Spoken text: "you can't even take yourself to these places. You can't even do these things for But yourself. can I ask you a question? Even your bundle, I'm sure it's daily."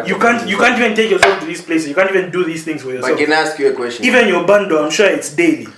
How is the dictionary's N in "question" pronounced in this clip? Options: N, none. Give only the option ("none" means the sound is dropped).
none